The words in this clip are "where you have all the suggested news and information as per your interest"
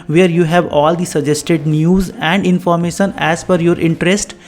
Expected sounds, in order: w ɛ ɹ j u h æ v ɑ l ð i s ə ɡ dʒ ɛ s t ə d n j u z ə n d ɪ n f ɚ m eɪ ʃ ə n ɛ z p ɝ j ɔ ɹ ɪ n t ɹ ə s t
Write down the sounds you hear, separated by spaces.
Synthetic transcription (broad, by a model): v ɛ ɹ j u h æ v ɑ l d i s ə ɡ dʒ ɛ s t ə d n j u z ə n d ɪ n f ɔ m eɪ ʃ ə n ɛ z f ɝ j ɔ ɹ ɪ n t ɹ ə s t